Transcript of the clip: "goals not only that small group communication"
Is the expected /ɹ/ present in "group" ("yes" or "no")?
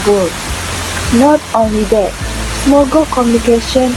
no